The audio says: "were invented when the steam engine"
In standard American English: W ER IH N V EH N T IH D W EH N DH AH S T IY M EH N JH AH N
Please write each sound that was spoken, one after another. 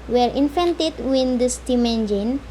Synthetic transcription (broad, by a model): W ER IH N F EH N T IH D W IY N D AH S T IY M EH N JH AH N